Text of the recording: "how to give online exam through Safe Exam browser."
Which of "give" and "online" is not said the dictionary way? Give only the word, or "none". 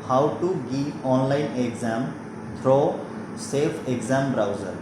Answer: give